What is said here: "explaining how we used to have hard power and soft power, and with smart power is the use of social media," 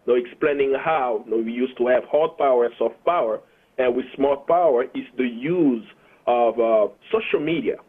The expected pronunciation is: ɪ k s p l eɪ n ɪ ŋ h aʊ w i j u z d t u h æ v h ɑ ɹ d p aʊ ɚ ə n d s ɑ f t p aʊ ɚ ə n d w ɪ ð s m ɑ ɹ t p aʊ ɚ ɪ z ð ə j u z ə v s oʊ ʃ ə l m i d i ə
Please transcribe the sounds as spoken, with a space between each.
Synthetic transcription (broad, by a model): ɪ k s p l eɪ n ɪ ŋ h aʊ w i j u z t u h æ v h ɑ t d p aʊ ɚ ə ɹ s ɑ f t p aʊ ɚ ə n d w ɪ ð s m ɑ l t p aʊ ɚ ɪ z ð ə j u z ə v s oʊ ʃ ə l m i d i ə